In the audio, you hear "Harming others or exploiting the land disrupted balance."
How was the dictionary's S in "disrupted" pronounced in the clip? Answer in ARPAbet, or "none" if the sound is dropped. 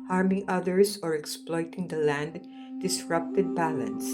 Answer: S